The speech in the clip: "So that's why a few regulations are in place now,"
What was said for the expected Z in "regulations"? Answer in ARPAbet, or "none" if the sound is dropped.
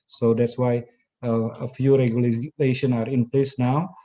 none